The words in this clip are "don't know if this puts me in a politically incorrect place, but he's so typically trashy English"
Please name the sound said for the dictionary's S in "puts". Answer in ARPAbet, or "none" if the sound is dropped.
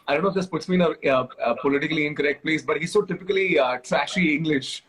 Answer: S